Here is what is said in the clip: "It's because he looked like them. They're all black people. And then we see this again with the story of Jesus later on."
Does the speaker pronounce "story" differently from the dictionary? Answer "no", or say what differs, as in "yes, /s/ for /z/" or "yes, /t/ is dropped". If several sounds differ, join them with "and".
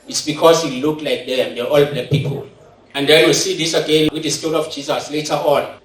yes, /l/ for /ɹ/